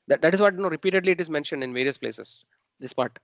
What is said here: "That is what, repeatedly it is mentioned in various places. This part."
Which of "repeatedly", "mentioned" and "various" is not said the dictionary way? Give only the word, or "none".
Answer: none